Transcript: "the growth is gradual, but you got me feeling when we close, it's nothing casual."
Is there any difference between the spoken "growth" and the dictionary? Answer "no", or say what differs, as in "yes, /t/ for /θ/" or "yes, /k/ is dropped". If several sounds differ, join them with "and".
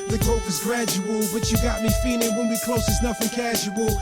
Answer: yes, /ɹ/ is dropped and /f/ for /θ/